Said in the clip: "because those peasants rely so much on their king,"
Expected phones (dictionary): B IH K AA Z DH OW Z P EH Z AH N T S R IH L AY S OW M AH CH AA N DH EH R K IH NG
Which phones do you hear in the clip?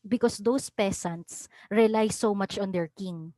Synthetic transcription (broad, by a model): B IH K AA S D OW S P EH S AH N T S R IH L AY S OW M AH CH AA N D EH R K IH NG